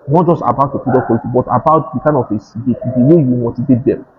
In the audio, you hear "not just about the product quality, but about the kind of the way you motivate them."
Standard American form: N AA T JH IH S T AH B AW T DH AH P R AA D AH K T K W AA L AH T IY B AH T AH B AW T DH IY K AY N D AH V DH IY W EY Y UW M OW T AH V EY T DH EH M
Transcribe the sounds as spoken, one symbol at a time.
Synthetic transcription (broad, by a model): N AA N JH IH S T AH B AW T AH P AA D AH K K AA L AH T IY B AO T AH B AW T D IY K AY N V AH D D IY W EY Y UW M OW T AH V EY T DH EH M